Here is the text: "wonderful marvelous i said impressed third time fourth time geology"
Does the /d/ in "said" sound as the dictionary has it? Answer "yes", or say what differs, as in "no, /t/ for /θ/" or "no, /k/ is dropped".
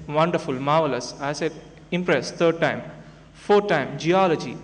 no, /d/ is dropped